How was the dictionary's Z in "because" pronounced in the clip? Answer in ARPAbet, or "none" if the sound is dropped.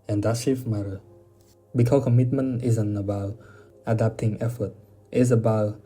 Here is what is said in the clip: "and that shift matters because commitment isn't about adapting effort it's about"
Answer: none